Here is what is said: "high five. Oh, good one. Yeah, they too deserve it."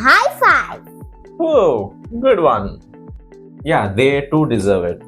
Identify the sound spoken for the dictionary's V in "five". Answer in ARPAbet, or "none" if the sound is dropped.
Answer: none